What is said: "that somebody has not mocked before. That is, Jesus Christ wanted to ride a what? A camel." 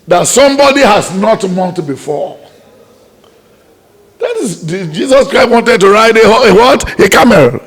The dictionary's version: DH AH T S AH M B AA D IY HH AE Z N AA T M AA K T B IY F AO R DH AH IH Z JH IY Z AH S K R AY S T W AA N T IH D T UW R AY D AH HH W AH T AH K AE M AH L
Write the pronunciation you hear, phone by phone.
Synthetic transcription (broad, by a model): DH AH T S AH M B AA D IY HH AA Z N AA T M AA T B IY F AO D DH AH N JH IY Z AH S K R AY S T W AA N T IH D T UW R AY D AH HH W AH T AH K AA M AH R